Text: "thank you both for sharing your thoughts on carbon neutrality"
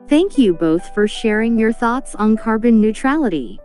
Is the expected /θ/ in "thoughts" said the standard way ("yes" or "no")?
yes